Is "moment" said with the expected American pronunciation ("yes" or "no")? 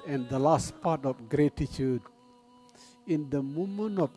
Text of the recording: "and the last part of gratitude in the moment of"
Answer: no